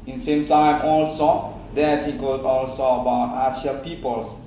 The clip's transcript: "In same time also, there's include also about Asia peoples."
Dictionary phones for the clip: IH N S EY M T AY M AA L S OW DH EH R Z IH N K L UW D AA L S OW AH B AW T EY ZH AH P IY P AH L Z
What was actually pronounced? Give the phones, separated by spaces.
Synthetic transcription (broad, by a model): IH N S EY M T AY M AA L S OW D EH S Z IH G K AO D AA L S OW AH B AW T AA S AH P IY P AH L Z